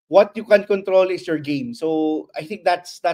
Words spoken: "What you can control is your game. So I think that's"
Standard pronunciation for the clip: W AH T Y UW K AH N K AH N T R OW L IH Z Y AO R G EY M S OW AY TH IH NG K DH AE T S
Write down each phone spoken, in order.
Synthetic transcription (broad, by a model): W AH T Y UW K AH N K AH N T R OW L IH S Y AO R G EY M S OW AY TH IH NG K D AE T S